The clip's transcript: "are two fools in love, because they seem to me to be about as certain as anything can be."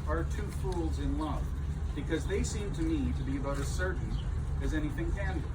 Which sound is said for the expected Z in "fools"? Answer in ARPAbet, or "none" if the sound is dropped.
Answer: Z